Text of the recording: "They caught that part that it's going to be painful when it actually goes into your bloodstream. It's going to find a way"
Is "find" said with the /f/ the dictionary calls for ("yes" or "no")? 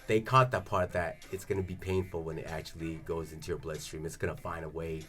yes